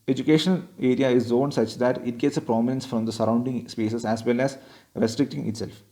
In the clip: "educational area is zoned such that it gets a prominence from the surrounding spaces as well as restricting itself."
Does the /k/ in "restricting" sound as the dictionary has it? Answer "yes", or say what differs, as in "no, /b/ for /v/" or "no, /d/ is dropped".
yes